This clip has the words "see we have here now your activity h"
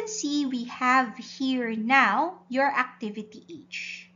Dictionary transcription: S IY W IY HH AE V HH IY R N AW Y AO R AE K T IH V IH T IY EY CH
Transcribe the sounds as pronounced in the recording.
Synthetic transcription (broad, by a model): S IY W IY HH AE V HH IY R N AW Y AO R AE K T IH V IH T IY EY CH